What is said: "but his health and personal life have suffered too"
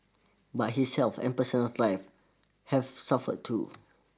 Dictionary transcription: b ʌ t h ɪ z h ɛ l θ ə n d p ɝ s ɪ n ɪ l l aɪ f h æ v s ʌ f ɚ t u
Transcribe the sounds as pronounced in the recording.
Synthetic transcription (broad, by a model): b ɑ t h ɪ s ɛ l f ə n p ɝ s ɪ n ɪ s l aɪ f h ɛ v s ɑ f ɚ t u